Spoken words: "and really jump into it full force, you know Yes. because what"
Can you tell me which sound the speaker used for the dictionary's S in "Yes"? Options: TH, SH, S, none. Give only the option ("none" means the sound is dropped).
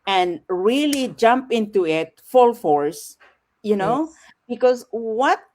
none